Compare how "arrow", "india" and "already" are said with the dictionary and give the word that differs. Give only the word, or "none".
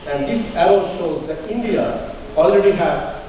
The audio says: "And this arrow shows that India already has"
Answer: arrow